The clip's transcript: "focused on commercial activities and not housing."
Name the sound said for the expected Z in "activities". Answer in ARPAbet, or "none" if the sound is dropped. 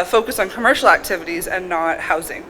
Z